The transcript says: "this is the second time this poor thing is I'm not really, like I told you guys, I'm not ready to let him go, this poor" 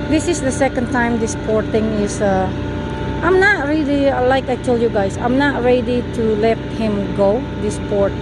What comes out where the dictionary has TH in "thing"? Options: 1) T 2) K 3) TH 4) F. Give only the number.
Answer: 1